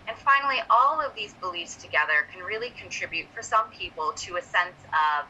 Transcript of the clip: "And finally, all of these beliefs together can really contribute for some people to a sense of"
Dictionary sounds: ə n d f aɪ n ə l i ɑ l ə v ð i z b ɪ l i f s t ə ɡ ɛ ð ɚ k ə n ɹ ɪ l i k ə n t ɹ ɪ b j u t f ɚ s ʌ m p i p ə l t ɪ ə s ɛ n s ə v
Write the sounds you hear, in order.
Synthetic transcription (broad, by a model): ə n f aɪ n l i ɑ l ə v ð i z b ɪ l i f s t ə ɡ ɛ ð ɚ k n ɹ ɪ l i k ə n t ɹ ɪ b j u t f ɚ s ʌ m p i p l t ɪ ə s ɛ n s ə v